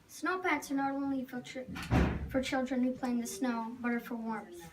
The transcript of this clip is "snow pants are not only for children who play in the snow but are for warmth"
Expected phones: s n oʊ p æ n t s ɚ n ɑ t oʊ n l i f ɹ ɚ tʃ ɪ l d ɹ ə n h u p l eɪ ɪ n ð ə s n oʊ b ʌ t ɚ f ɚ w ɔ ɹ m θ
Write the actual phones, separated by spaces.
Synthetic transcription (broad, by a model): s n oʊ p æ t s ɚ n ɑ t oʊ n l i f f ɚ tʃ ɪ l d ɹ ə n h u p l eɪ ɪ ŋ ð ə s n oʊ b ʌ t ɚ f ɚ w ɔ ɹ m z